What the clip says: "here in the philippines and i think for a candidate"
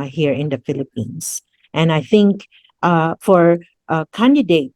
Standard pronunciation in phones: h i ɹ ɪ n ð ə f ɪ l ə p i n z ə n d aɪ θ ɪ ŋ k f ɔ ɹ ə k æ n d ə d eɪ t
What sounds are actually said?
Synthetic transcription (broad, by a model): h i ɹ ɪ n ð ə f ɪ l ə p i n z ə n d aɪ θ ɪ ŋ k f ɔ ɹ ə k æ n d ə d eɪ t